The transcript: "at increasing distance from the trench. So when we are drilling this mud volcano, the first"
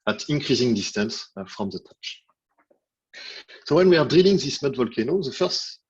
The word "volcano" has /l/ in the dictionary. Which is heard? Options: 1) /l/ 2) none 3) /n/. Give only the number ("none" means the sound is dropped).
1